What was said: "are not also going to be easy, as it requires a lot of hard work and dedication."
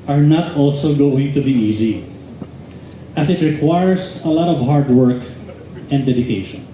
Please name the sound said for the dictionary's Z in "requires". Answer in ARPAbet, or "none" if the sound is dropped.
S